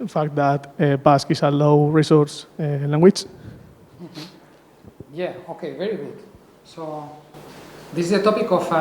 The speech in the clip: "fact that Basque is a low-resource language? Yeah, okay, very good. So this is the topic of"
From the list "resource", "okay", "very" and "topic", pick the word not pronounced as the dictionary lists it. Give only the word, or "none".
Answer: none